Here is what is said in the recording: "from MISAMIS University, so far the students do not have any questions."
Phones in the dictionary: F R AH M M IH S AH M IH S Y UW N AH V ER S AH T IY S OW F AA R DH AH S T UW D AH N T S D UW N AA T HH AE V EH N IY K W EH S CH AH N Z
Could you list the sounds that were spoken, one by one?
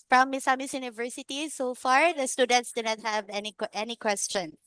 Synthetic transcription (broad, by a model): F R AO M M IH S AH M IH S Y UW N AH V ER S AH T IY S OW F AA R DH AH S T UW D AH N T S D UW N AA T HH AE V EH N IY K W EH S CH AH N